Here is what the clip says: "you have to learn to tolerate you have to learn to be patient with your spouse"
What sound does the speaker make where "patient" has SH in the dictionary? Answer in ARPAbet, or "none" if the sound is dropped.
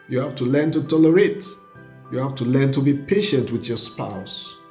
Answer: SH